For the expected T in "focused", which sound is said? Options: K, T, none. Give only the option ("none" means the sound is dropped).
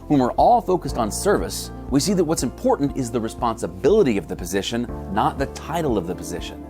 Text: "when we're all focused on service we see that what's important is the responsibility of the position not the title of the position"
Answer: T